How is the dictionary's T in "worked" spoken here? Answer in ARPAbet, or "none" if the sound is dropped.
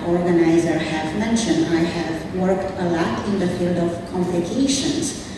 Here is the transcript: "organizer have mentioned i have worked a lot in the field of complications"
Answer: T